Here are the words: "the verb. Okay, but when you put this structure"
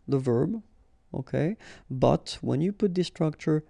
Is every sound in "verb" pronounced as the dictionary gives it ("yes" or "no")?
yes